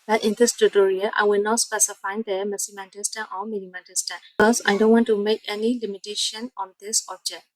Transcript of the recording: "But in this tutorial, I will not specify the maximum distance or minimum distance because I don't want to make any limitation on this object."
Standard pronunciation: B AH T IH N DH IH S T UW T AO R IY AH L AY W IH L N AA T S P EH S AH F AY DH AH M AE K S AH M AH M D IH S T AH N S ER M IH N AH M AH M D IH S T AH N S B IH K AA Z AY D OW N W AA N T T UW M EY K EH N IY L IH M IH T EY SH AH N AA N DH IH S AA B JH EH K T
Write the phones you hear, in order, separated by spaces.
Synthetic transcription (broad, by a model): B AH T IH N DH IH S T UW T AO R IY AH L AY W IH L N AA T S P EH S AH F AY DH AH M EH S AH M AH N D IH S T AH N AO M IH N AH M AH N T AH S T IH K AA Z AY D OW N W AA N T T UW M EY K EH N IY L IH M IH T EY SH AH N AA N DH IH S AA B JH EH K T